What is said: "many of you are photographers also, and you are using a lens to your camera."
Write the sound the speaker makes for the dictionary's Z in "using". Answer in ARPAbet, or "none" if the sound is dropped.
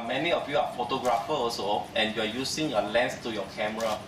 S